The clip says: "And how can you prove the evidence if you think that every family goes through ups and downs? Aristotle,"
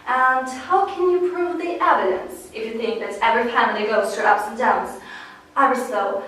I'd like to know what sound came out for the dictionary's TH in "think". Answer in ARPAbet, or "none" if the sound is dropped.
TH